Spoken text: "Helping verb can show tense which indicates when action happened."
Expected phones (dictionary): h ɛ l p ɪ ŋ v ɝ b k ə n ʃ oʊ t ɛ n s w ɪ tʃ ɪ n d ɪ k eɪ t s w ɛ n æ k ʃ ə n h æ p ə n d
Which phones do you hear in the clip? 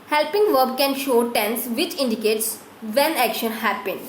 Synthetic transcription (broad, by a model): h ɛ l p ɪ ŋ v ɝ b k ə n ʃ oʊ t ɛ n s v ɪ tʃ ɪ n d ɪ k eɪ t s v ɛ n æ k ʃ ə n h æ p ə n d